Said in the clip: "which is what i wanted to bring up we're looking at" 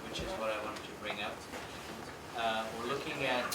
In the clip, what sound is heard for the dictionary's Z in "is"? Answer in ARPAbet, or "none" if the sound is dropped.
Z